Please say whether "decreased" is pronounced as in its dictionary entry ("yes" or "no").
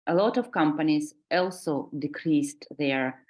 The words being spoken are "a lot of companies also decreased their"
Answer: yes